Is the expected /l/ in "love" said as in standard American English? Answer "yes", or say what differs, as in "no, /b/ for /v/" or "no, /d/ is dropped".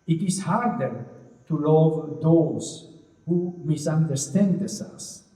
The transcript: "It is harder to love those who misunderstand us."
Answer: yes